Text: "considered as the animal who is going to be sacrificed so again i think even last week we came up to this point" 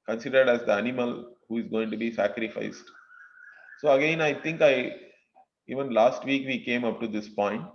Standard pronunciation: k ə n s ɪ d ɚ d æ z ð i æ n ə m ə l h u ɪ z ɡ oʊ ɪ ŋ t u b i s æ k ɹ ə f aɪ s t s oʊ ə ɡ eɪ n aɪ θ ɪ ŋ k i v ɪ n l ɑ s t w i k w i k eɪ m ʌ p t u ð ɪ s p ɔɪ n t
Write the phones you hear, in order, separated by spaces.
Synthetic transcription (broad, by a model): k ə n s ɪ d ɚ d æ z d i æ n ə m ə l h u ɪ z ɡ oʊ ɪ ŋ t u b i s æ k ɹ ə f aɪ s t s oʊ ə ɡ eɪ n aɪ t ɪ ŋ k i v ɪ n l ɑ s t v i k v i k eɪ m ʌ p t u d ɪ s p ɔɪ n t